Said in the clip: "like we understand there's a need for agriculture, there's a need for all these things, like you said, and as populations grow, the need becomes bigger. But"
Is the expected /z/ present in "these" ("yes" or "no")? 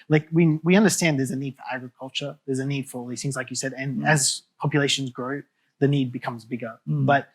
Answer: no